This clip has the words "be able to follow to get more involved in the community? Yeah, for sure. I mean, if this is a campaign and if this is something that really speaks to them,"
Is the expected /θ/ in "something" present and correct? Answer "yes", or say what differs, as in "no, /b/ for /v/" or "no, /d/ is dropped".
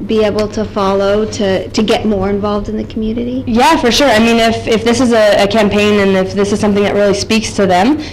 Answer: yes